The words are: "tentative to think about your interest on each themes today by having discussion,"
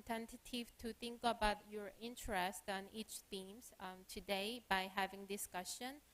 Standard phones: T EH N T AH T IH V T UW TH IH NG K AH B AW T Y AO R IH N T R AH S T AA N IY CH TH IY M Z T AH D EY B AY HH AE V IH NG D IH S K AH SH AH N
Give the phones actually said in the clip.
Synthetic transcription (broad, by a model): T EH N T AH T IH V T UW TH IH NG K AH B AW T Y AO R IH N T R AH S T AA N IY CH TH IY M S T AH D EY B AY HH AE V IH NG D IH S K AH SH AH N